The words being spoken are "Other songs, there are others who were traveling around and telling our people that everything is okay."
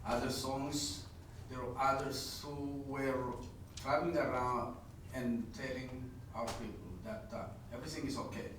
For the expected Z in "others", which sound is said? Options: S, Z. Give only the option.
S